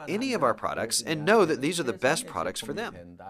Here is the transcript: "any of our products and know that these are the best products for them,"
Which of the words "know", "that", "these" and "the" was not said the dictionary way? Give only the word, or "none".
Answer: none